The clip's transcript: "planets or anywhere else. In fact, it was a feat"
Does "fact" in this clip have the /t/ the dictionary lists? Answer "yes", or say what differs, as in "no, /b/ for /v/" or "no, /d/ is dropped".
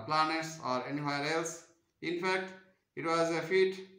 yes